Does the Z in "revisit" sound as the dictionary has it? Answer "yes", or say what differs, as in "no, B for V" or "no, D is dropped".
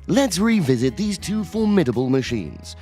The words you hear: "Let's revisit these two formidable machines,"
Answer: yes